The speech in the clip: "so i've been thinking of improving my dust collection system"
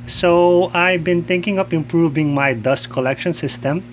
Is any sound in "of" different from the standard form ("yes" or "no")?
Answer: yes